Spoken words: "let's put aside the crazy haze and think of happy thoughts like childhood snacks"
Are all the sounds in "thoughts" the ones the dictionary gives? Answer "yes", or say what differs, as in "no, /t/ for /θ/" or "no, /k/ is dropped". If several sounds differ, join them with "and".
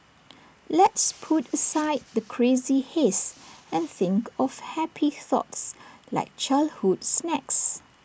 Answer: yes